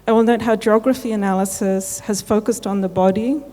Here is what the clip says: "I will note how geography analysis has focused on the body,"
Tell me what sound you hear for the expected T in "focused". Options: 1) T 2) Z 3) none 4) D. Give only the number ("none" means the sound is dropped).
1